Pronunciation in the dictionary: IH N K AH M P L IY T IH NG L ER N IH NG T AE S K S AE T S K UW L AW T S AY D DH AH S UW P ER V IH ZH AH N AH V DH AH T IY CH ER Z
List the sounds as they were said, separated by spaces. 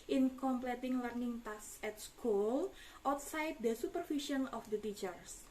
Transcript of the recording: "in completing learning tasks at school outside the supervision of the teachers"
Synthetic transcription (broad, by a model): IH N K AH M P L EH T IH NG L ER N IH NG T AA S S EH T S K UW L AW T S AY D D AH S UW P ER F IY SH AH N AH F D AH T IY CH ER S